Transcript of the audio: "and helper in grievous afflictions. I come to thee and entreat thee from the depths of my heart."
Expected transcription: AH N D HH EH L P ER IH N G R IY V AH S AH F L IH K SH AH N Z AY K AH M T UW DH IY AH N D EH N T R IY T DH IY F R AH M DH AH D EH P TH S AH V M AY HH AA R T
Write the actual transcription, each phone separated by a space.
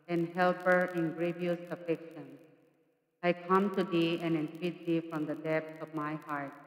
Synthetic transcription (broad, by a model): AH N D HH EH L P ER IH N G R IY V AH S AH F EH K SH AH N AY K AH M T UW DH IY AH N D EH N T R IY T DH IY F R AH M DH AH D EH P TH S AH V M AY HH AA R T